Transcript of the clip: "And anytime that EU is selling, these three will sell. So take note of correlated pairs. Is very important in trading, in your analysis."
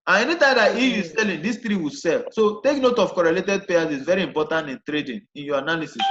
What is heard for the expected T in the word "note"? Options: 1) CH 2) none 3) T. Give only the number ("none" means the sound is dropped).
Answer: 3